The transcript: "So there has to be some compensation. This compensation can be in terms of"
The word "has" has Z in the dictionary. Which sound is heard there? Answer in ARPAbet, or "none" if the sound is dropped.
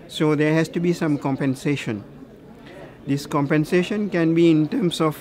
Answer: S